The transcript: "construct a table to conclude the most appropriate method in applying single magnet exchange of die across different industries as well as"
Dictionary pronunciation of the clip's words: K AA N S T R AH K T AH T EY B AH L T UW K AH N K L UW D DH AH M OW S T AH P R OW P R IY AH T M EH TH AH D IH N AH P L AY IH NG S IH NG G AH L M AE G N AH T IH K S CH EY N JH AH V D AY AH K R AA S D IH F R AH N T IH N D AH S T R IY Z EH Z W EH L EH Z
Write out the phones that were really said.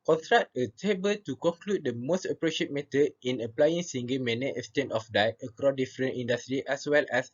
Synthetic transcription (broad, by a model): K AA N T R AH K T AH T EY B AH L T UW K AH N K L UW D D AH M OW S T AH P R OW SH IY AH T M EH T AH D IH N AH P L AY IH NG S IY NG G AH M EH N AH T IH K S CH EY N AH F D AY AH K R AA D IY F R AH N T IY N D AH S T R IY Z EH S W EH L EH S